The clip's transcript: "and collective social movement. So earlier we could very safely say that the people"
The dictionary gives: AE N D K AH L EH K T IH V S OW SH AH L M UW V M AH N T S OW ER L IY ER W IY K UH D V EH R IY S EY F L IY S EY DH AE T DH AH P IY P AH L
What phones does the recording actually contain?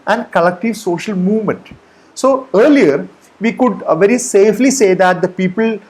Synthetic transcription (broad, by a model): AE N D K AH L EH K T IH V S OW SH AH L M UW V M AH N T S OW ER L IY ER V IY K UH D V EH R IY S EY F L IY S EY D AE T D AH P IY P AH L